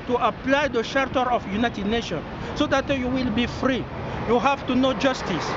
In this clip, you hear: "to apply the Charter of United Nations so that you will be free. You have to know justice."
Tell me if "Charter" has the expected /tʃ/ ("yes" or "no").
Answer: no